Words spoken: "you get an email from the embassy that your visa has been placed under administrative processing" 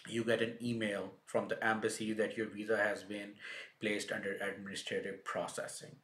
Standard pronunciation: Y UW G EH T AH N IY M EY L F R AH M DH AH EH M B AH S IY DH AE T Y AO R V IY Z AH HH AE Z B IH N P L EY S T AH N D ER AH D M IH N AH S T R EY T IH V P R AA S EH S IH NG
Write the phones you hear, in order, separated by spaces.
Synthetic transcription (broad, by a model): Y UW G EH T AH N IY M EY L F R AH M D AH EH M B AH S IY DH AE T Y AO R V IY Z AH HH AE Z B IH N P L EY S T AH N D ER AH D M IH N AH S T R EY T IH V P R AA S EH S IH NG